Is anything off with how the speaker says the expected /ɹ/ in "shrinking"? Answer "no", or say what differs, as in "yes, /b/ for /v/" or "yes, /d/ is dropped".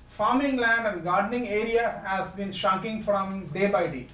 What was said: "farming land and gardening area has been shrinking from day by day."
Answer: yes, /ɹ/ is dropped